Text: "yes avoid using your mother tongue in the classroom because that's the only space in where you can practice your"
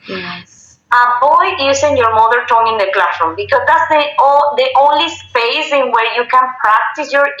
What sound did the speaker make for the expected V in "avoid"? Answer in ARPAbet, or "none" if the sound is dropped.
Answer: B